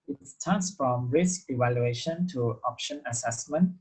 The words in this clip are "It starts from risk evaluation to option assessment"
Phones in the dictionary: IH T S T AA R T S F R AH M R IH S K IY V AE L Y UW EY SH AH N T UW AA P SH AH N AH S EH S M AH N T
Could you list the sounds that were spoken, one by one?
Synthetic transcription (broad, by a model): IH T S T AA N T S F R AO M R IH S K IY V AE L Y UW EY SH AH N T UW AA P SH AH N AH S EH S M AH N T